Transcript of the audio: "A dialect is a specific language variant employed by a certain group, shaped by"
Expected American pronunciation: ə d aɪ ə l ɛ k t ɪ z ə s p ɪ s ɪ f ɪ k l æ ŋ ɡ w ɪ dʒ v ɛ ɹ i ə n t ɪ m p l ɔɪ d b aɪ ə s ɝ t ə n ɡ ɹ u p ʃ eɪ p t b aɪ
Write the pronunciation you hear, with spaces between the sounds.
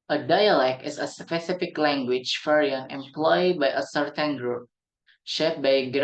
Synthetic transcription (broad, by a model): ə d aɪ ə l ɛ k t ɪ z ə s p ɪ s ɪ f ɪ k l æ ŋ ɡ w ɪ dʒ f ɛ ɹ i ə n ɪ m p l ɔɪ d b aɪ ə s ɝ t ə n ɡ ɹ u p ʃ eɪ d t b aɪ